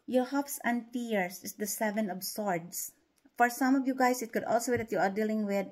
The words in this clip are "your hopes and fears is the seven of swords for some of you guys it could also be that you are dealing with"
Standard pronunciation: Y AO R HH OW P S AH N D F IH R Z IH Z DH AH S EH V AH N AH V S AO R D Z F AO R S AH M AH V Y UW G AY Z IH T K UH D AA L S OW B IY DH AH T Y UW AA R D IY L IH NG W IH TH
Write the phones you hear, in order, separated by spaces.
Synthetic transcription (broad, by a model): Y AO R HH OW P S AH N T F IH R S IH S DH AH S EH V AH N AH B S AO R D S F AO R S AH M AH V Y UW G AY S IH T K UH D AA L S OW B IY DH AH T Y UW AA R D IY L IH NG W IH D